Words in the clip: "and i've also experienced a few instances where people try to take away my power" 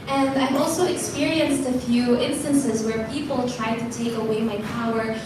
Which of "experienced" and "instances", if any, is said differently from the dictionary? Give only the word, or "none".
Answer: none